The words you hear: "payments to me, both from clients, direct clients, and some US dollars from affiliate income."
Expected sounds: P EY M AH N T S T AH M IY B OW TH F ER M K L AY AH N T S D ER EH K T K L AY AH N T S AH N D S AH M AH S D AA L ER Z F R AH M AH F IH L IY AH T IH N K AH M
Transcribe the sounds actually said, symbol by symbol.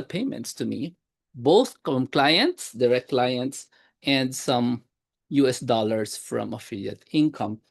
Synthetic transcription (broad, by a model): P EY M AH N T S T AH M IY B OW TH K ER M K L AY AH N T S D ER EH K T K L AY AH N T S AH N D S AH M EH S D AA L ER S F R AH M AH F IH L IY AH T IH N K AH M